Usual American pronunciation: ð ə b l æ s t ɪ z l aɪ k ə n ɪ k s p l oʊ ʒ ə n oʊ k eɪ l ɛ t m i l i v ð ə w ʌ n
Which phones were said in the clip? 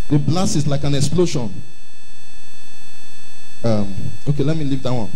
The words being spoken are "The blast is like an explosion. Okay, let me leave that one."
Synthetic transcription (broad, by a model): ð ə b l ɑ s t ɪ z l aɪ k ə n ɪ k s p l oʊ ʃ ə n oʊ k eɪ l ɛ t m i l i v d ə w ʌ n